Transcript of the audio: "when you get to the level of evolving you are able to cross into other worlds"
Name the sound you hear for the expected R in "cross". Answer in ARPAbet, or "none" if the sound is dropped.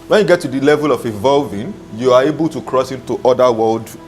R